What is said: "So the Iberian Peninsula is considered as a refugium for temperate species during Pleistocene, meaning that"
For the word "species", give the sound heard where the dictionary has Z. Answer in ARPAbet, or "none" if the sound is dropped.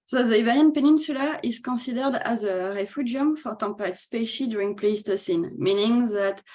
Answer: none